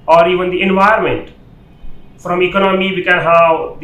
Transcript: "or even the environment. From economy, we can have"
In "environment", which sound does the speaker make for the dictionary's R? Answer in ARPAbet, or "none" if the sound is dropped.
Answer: none